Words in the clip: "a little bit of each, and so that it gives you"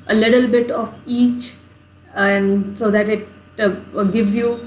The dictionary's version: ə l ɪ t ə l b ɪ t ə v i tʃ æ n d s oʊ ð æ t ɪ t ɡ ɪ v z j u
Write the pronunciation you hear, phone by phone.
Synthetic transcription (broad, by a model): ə l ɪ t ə l b ɪ t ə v i tʃ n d s oʊ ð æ t ɪ t ɡ ɪ v z j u